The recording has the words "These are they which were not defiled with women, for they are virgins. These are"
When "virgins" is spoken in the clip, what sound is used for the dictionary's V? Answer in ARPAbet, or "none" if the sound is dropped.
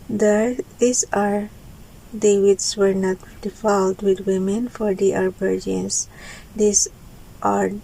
B